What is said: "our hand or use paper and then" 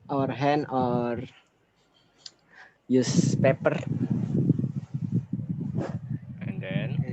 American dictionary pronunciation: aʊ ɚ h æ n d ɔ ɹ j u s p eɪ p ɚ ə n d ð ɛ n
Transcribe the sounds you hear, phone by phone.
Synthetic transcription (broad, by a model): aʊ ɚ h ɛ n ɔ ɹ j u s p eɪ p ɚ ə n d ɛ n